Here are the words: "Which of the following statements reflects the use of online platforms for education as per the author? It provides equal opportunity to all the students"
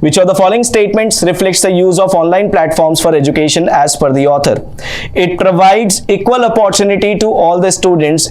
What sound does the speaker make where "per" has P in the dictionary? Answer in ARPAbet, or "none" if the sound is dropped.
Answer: F